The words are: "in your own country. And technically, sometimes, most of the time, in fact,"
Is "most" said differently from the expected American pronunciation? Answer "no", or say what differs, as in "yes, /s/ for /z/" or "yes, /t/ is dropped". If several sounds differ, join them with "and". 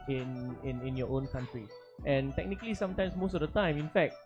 no